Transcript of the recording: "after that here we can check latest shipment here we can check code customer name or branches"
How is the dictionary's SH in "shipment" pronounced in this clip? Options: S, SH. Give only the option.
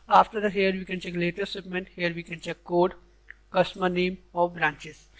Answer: S